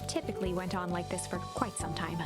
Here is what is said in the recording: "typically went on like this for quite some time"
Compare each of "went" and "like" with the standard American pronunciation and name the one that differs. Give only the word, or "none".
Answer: none